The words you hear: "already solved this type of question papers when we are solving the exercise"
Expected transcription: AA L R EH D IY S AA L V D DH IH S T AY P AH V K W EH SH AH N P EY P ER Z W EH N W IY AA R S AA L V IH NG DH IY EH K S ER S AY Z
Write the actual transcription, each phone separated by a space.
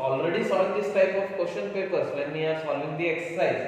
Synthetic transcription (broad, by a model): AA L R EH D IY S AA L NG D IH S T AY P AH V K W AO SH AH N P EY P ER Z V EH N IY AA R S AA L IH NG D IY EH K S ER S AY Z